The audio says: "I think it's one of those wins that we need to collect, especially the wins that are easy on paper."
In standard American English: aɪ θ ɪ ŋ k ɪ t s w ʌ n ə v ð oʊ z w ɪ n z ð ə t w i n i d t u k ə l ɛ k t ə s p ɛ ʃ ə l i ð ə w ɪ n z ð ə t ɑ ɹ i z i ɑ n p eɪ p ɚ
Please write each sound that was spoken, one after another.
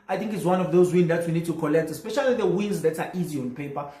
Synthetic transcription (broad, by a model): aɪ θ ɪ ŋ k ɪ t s w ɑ n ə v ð oʊ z w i n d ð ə t w i n i d t u k ə l ɛ k t ə s p ɛ ʃ ə l i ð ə w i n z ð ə t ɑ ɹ i z i ɑ n p eɪ p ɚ